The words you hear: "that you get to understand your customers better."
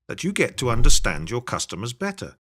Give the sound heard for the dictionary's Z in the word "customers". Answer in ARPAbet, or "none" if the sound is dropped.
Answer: Z